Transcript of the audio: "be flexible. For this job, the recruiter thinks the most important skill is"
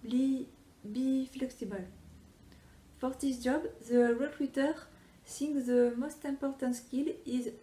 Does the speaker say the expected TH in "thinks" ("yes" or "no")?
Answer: no